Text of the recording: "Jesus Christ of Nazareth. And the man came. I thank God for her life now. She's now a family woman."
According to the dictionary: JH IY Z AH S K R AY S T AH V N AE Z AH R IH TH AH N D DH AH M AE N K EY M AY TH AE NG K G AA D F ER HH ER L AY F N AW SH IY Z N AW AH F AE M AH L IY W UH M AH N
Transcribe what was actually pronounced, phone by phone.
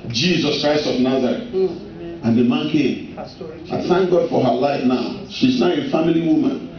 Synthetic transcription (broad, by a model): JH IY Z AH S K R AY S T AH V N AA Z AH R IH T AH N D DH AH M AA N K EY M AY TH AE NG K G AA D F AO HH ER L AY F N AW SH IY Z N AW AH F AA M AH L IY W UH M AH N